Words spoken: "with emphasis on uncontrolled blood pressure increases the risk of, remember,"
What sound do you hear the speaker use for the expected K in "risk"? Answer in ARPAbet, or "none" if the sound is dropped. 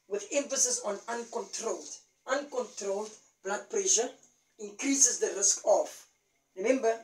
K